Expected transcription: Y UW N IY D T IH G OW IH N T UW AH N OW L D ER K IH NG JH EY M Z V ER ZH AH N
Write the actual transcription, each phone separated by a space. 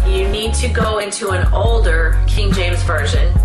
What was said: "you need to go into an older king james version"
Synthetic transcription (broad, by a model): Y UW N IY D T IH G OW IH N T UW AH N OW L D ER K IH NG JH EY M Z V ER ZH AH N